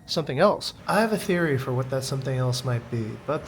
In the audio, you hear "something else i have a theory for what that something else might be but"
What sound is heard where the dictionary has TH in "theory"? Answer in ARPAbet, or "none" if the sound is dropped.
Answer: TH